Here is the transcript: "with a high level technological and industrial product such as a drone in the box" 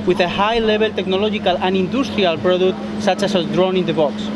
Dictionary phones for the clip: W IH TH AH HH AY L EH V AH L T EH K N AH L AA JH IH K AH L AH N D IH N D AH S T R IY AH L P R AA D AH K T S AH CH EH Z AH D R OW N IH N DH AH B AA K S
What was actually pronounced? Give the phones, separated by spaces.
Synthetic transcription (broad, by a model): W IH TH AH HH AY L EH B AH L T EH K N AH L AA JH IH K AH L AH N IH N D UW S T R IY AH L P R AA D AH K T S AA CH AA S AH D R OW N IH N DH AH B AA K S